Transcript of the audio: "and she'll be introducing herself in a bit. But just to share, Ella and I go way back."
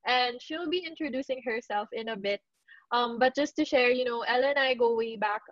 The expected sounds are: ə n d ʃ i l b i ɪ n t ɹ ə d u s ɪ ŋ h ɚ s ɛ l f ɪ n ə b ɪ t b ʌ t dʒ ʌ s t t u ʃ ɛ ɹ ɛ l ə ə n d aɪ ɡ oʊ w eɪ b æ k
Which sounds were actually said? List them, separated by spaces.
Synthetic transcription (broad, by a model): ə n d ʃ i l b i ɪ n t ɹ ə d u s ɪ ŋ h ɚ s ɛ l f ɪ n ə b ɪ t b ʌ t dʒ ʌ s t t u ʃ ɛ ɹ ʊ n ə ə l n aɪ ɡ oʊ w eɪ b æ k